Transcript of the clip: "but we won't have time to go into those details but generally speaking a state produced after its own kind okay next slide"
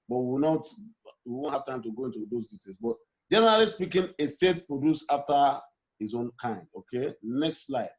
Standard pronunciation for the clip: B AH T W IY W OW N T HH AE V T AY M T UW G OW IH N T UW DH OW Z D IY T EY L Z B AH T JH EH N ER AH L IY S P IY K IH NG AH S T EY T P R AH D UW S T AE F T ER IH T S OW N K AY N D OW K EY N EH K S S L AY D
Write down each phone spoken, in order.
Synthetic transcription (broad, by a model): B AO T W IY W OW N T HH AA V T AY M T UW G OW IH N T UW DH OW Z D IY T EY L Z B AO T JH EH N ER AH L IY S P IY K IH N AH S T EY T P R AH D UW S AA F T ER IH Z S OW N K AY N D OW K EY N EH K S S L AY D